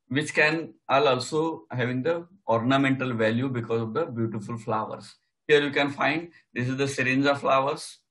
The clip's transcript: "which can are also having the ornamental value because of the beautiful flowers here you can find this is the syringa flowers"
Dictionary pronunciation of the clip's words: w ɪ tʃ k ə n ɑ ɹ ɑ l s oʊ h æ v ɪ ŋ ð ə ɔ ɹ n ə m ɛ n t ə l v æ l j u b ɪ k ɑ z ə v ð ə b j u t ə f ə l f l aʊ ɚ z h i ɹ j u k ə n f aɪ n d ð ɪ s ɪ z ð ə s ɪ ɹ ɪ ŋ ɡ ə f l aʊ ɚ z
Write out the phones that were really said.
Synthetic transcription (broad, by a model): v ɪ tʃ k ə n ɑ l ɑ l s oʊ h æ v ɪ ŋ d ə ɔ ɹ n ə m ɛ n t ə l v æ l j u b ɪ k ɑ z ə v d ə b j u t ə f ə l f l aʊ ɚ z h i ɹ j u k ə n f aɪ n d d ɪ s ɪ z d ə s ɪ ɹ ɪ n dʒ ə f l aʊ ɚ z